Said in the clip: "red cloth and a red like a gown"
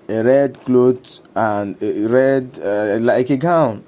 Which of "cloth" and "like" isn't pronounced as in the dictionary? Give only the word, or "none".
cloth